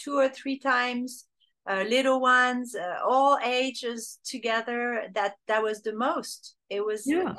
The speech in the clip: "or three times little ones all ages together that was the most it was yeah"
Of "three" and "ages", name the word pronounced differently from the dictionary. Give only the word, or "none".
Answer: none